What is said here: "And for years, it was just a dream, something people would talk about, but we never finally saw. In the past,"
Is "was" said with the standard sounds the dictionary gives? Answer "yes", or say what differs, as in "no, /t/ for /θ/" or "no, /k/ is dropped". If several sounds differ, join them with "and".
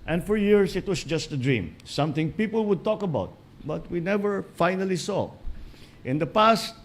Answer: no, /s/ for /z/